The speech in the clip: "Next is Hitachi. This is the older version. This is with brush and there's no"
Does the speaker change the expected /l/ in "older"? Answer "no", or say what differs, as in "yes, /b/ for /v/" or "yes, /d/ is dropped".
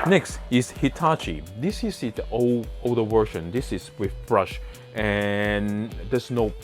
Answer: yes, /l/ is dropped